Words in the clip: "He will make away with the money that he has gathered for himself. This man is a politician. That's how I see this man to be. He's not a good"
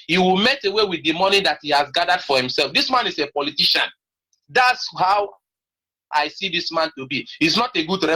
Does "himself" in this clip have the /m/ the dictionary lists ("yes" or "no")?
yes